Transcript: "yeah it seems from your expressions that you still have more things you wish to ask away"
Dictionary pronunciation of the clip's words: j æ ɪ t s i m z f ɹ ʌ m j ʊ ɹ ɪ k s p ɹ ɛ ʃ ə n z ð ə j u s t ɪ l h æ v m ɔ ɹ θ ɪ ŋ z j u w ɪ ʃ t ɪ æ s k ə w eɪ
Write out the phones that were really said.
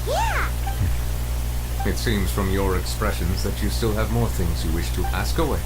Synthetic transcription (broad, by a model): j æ ɪ t s i m z f ɹ ʌ m j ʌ ɹ ɪ k s p ɹ ɛ ʃ ə n z ð ə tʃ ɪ s t ɪ l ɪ v m ɔ ɹ θ ɪ ŋ z j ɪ w ɪ ʃ t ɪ æ s k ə w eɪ